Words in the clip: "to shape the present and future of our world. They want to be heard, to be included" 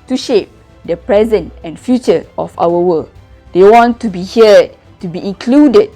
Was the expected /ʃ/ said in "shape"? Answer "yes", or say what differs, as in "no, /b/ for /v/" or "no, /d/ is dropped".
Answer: yes